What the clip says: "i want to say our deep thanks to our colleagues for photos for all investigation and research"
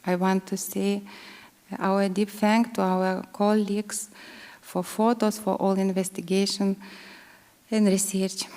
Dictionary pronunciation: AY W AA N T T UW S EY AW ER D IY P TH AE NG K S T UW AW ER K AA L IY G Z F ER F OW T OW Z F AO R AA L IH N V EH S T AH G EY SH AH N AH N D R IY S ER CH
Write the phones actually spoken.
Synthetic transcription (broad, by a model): AY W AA N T T UW S EY AW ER D IY P F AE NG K T UW AW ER K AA L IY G S F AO F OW T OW S F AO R AA L IH N V EH S T AH G EY SH AH N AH N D R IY S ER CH